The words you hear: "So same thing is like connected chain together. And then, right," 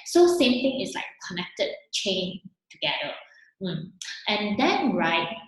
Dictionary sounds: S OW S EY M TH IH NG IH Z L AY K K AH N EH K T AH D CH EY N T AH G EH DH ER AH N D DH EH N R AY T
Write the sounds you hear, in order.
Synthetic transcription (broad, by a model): S OW S EY M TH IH NG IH S L AY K K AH N EH K T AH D CH EY N T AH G EH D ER AH N D EH N R AY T